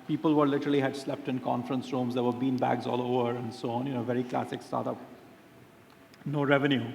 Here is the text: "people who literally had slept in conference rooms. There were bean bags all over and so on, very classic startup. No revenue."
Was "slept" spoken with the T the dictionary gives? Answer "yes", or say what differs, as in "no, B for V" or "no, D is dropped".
yes